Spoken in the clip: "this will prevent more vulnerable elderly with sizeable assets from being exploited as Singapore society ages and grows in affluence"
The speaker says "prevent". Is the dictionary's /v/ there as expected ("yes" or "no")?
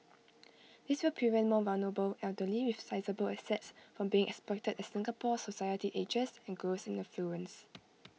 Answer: no